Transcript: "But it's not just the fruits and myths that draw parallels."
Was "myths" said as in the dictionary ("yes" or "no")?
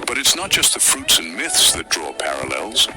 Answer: yes